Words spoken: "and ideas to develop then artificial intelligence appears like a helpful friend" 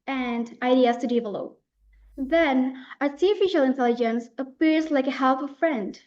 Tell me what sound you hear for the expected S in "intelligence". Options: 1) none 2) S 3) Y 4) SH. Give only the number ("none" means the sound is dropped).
2